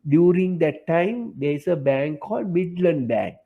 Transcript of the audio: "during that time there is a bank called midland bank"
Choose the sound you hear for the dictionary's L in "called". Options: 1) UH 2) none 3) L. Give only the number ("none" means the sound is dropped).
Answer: 3